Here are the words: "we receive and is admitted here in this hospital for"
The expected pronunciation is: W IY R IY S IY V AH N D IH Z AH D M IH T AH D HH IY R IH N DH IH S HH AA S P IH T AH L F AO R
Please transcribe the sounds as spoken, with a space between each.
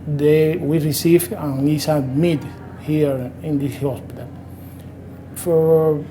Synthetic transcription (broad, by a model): W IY R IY S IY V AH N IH S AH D M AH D HH IY R IH N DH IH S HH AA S P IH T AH L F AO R